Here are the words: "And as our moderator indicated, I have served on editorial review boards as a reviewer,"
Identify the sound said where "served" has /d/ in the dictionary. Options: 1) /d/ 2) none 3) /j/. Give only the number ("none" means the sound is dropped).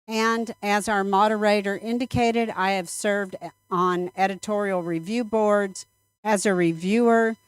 1